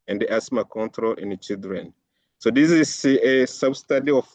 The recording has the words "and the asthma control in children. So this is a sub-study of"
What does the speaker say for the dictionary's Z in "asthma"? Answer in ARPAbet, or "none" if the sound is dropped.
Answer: S